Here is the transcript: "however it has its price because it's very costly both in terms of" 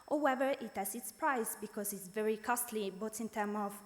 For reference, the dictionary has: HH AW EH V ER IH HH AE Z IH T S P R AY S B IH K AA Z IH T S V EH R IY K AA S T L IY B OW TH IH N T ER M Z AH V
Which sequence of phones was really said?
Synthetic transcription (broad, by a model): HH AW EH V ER IH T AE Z IH T S P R AY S B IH K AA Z IH T S V EH R IY K AA S T L IY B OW T IH N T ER M AH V